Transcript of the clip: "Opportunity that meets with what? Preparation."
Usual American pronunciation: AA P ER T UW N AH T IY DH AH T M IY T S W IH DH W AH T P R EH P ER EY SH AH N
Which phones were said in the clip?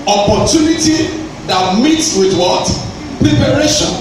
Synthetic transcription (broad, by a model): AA P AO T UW N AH T IY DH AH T M IY T S W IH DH W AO T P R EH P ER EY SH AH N